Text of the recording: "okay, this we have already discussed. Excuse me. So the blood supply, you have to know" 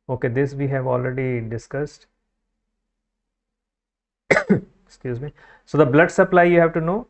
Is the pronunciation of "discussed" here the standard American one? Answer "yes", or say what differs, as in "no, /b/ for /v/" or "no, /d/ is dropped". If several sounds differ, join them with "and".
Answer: yes